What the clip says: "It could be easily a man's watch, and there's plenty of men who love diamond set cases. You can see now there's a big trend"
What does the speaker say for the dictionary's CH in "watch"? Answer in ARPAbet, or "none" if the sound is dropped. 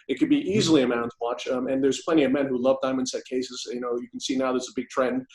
CH